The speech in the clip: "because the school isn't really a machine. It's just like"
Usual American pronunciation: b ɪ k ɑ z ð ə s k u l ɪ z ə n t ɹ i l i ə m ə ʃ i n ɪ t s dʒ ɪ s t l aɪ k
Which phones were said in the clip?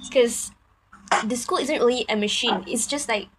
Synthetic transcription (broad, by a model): k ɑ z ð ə s k u l ɪ z ə n t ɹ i l i ə m ə ʃ i n ɪ t s dʒ ɪ s t l aɪ k